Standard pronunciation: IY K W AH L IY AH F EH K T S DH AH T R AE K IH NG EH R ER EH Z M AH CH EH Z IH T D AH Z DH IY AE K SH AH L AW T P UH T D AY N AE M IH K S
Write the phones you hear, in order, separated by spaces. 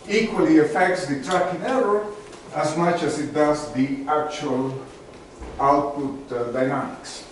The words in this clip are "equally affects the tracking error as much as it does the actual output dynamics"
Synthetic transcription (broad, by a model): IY K W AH L IY AH F EH K T S DH AH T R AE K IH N EH R ER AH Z M AH CH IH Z IH T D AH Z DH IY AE K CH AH L AW T P UH T D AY N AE M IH K S